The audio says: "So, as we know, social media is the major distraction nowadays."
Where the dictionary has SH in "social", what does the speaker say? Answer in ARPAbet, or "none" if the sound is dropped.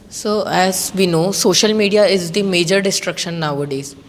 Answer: SH